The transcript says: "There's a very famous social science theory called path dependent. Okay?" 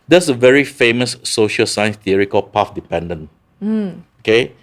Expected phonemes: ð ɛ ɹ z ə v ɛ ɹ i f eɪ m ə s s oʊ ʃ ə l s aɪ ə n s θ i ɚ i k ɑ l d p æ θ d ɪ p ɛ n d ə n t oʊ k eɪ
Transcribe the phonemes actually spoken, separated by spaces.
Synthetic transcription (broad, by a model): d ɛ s ə v ɛ ɹ i f eɪ m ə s s oʊ ʃ ə l s aɪ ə n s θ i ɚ i k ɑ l p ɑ f d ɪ p ɛ n d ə n oʊ k eɪ